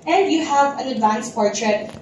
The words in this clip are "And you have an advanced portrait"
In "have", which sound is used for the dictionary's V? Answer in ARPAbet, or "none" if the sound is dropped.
V